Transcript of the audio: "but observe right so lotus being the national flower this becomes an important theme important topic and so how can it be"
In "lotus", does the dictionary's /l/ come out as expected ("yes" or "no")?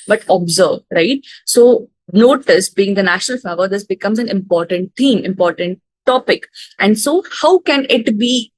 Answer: no